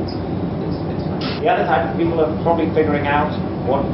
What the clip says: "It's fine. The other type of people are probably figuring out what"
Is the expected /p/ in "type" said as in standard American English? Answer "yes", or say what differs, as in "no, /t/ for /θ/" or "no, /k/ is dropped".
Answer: no, /p/ is dropped